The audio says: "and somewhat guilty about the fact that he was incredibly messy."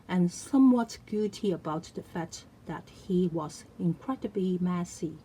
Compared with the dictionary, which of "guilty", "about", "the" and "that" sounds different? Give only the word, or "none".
guilty